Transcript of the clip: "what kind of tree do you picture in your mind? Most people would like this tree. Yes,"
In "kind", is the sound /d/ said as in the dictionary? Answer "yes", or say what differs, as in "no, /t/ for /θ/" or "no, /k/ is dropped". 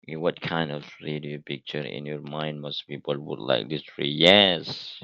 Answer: yes